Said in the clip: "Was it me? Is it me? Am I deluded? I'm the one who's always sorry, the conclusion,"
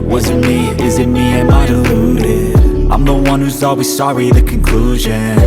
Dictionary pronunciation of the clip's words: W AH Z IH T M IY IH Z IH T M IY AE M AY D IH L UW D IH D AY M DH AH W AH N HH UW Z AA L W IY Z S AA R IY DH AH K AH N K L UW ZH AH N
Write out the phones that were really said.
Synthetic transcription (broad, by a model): W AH Z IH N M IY IH Z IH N M IY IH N AY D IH L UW D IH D AY M DH AH W AH N HH UW Z AA L W IY Z S AA R IY DH AH K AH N K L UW ZH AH N